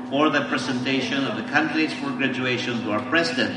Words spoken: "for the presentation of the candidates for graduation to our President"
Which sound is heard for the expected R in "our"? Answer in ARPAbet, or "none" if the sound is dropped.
R